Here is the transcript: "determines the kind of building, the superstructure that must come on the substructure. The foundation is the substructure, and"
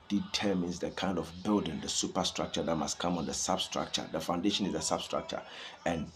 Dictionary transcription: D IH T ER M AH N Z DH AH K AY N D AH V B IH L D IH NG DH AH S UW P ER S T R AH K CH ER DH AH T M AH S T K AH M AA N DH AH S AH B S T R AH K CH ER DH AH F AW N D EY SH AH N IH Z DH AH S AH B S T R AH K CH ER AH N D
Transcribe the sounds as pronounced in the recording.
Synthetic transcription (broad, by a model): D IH T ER M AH N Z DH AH K AY N D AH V B IH L D IH NG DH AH S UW P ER S T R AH K CH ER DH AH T M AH S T K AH M AA N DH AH S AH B S T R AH K CH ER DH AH F AW N D EY SH AH N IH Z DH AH S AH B S T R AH K CH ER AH N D